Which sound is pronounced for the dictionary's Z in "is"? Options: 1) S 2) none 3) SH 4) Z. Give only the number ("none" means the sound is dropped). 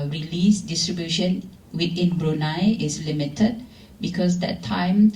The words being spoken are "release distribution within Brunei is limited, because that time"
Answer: 1